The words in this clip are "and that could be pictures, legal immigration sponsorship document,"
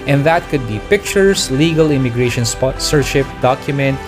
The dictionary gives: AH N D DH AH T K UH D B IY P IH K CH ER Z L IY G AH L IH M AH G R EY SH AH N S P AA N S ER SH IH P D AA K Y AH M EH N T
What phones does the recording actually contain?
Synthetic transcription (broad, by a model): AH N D DH AH T K UH D B IY P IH K CH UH S L IY G AH L IH M AH G R EY SH AH N S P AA S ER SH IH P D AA K Y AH M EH N T